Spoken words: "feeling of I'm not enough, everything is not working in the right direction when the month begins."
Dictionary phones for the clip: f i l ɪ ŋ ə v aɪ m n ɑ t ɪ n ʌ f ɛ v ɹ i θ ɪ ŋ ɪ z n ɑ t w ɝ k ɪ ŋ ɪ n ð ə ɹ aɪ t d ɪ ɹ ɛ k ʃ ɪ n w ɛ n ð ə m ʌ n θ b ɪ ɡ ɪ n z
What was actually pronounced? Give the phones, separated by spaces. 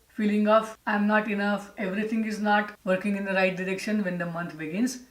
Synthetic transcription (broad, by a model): f i l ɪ ŋ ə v aɪ m n ɑ t ɪ n ʌ f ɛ v ɹ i t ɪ ŋ ɪ z n ɑ t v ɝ k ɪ ŋ ɪ n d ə ɹ aɪ t d ɪ ɹ ɛ k ʃ ɪ n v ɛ n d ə m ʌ n t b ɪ ɡ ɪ n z